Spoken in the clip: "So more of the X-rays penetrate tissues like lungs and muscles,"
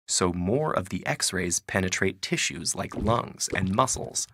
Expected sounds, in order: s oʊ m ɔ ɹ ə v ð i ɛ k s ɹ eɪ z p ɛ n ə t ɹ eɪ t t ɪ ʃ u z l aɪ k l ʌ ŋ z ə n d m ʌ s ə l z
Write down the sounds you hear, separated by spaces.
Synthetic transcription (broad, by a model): s oʊ m ɔ ɹ ə v ð i ɛ k s ɹ eɪ z p ɛ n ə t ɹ eɪ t t ɪ ʃ u z l aɪ k l ʌ ŋ z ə n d m ʌ s l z